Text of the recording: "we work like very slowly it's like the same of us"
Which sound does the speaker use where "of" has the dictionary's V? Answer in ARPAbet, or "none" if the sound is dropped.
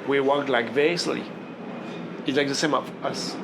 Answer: F